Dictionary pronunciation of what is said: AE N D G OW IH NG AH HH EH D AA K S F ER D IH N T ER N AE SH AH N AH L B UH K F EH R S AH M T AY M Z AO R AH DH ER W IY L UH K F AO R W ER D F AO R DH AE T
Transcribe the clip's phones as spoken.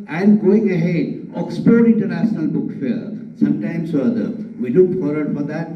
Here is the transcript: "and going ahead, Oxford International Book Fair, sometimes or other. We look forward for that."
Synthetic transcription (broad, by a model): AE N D G OW IH NG AH HH EH D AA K S P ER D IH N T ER N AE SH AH N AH L B UH K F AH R S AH M T AY M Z AO R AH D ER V IY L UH K F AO R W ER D F AO R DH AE T